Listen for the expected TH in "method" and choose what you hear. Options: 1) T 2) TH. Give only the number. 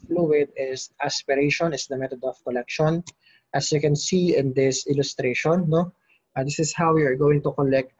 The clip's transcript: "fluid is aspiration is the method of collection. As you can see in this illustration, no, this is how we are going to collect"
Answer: 1